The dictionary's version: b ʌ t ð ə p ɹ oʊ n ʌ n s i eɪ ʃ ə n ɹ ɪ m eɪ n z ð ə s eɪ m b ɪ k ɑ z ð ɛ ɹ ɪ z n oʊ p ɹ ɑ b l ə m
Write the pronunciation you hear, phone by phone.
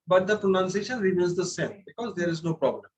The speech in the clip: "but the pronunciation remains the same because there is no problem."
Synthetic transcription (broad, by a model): b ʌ t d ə p ɹ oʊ n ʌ n s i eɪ ʃ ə n ɹ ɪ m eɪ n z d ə s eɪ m b ɪ k ɑ z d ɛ ɹ ɪ z n oʊ p ɹ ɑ b l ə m